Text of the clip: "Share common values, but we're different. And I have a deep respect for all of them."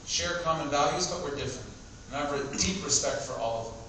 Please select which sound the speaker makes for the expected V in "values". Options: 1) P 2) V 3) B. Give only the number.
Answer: 2